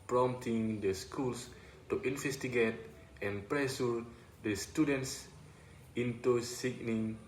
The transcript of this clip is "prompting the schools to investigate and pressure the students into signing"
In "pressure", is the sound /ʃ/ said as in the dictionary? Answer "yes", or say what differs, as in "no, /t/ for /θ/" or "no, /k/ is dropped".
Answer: no, /s/ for /ʃ/